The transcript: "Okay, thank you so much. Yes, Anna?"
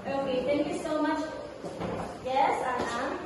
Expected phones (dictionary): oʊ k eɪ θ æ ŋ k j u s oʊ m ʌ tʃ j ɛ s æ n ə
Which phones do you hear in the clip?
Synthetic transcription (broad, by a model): oʊ k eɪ t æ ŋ k j u s oʊ m ʌ tʃ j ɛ s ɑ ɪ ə